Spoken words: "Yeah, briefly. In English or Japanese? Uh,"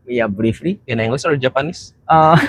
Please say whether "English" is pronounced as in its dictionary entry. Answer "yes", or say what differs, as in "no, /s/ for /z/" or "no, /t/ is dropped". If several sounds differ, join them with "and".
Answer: no, /s/ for /ʃ/